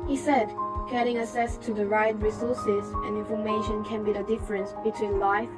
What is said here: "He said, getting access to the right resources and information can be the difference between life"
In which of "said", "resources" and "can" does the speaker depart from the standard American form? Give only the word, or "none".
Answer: none